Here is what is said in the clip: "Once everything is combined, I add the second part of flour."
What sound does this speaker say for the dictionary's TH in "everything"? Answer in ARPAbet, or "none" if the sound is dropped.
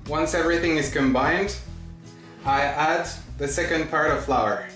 TH